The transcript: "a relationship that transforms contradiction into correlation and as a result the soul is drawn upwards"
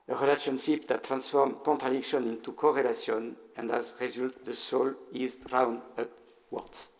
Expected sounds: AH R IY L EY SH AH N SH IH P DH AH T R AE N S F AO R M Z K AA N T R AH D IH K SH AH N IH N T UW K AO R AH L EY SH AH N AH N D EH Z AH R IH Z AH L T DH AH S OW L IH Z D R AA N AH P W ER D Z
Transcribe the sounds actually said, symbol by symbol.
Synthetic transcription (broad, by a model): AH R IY L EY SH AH N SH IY P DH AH T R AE N S F AO R M K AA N T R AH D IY K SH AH N IH N T UW K AO R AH L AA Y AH N AH N D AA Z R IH Z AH L T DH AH S OW L IH Z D R AA N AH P W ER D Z